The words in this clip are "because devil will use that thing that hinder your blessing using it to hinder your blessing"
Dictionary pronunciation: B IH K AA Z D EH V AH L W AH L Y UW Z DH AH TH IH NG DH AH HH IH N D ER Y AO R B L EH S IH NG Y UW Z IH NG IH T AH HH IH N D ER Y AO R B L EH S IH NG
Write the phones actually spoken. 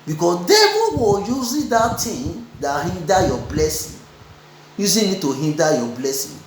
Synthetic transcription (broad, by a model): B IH K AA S D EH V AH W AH Y UW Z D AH T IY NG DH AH HH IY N D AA Y AO B L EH S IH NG Y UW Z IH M IH T AH HH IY N D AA Y AO B L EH S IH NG